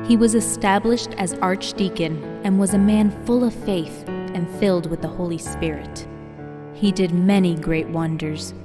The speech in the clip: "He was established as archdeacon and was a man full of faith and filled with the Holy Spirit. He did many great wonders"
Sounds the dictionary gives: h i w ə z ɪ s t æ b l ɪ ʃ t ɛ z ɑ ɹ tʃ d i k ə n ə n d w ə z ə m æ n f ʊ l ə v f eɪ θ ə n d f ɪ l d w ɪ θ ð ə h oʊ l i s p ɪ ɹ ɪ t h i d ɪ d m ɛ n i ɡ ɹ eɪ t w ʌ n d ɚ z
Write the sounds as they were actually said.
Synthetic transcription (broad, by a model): h i w ə z ɪ s t æ b l ɪ ʃ t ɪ z ɑ ɹ tʃ d i k ə n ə n w ə z ə m æ n f ʊ l ə v f eɪ θ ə n f ɪ l d w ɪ ð ə h oʊ l i s p ɪ ɹ ɪ t h i d ɪ d m ɛ n i ɡ ɹ eɪ t w ʌ n d ɚ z